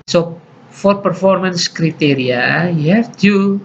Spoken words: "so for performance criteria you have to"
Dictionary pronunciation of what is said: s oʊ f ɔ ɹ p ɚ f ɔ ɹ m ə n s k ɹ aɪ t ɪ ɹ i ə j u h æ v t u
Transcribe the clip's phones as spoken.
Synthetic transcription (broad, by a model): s oʊ f ɔ ɹ p ɚ f ɔ ɹ m ə n s k ɹ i t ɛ ɹ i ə j u h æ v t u